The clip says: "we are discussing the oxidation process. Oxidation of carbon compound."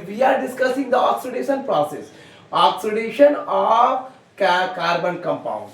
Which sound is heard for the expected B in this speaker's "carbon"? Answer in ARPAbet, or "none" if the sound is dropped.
B